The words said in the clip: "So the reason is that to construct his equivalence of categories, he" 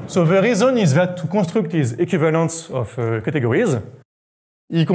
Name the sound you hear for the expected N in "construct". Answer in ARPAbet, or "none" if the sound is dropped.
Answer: none